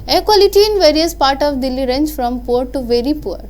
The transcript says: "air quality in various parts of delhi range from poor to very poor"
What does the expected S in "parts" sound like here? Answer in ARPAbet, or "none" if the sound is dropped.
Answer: none